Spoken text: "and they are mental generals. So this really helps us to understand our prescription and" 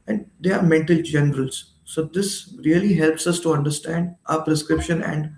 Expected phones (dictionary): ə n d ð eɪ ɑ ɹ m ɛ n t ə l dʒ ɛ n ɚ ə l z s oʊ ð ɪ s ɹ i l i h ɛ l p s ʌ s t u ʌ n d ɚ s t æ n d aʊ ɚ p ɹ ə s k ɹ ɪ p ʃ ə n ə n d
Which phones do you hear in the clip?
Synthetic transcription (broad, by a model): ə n d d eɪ ɑ ɹ m ɛ n t ə l dʒ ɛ n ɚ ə l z s oʊ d ɪ s ɹ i l i h ɛ l p s ʌ s t u ʌ n d ɚ s t æ n d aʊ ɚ p ɹ ə s k ɹ ɪ p ʃ ə n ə n d